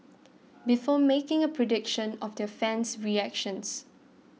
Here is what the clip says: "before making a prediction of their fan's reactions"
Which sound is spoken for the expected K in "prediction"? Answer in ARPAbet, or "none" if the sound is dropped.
K